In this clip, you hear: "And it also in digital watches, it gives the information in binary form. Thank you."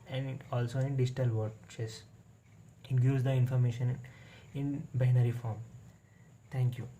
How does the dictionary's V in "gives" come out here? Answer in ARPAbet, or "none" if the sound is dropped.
none